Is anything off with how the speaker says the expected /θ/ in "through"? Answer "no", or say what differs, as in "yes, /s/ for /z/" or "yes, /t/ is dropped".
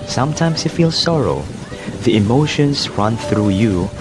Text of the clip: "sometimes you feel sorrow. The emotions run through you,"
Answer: no